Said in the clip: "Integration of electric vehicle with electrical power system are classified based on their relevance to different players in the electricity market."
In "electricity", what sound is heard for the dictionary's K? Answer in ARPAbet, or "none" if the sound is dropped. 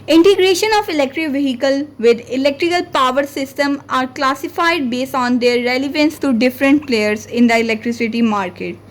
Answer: K